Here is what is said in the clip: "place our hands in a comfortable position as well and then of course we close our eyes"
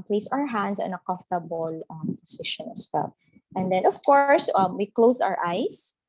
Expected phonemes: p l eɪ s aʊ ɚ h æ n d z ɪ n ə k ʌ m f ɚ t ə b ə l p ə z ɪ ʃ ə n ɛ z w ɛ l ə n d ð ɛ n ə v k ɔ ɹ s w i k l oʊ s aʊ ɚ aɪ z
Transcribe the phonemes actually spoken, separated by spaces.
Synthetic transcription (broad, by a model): p l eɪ s aʊ ɚ h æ n d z ɪ n ə k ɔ f t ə b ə l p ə s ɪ ʃ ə n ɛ s w ɛ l ə n d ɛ n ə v k ɔ ɹ s w i k l oʊ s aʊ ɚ aɪ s